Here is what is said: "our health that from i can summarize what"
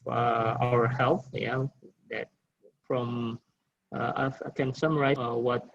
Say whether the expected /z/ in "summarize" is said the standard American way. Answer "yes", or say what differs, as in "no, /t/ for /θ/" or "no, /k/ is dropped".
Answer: no, /z/ is dropped